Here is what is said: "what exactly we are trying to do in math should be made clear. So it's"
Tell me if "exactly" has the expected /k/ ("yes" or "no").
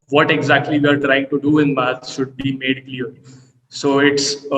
yes